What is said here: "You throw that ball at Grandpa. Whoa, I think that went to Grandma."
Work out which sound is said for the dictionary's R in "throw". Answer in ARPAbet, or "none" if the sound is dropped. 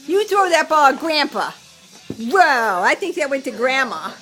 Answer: none